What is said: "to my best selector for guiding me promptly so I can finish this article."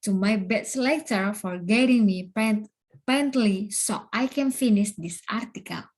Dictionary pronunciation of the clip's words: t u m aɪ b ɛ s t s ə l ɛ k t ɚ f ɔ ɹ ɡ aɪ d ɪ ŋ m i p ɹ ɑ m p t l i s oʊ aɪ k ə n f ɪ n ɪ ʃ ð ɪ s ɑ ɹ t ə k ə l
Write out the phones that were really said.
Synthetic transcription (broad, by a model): t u m aɪ b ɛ t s l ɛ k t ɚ f ɔ ɹ ɡ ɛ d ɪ ŋ m i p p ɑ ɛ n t l i s oʊ aɪ k ə n f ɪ n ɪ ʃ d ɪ s ɑ ɹ t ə k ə l